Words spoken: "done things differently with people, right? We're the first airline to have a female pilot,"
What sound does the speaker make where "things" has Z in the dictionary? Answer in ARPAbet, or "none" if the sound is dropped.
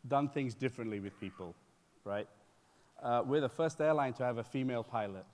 Z